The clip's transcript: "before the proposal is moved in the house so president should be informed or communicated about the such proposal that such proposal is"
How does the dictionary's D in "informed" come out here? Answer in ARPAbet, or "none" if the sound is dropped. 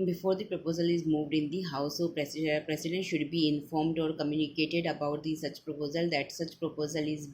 D